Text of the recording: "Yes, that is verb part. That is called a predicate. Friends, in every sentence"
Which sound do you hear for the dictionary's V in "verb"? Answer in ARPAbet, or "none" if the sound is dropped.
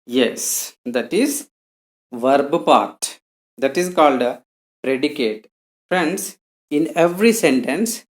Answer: V